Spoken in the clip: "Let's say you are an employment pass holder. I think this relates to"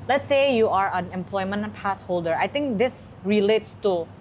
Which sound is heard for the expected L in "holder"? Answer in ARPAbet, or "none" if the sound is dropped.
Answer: L